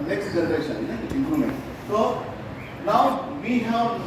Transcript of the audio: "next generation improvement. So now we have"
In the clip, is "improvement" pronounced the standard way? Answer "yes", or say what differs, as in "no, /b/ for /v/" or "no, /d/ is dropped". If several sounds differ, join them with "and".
no, /v/ is dropped